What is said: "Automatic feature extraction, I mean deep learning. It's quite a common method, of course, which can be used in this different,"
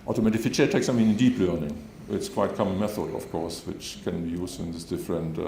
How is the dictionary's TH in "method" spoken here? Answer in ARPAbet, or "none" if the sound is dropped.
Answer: TH